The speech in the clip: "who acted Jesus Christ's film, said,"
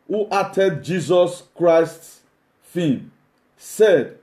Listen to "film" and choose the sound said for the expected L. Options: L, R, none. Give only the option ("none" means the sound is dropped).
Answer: none